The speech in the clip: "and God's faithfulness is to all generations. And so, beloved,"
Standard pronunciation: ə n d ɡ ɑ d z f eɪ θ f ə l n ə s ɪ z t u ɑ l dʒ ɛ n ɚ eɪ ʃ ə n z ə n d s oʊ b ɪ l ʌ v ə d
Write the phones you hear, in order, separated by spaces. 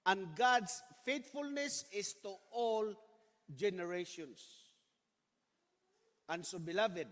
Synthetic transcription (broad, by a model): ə n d ɡ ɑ d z f eɪ t f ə l n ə s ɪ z t u ɑ l dʒ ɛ n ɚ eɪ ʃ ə n s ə n s oʊ b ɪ l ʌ v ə d